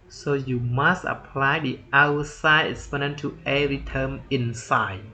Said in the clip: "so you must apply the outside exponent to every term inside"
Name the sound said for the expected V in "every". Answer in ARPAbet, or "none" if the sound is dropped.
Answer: none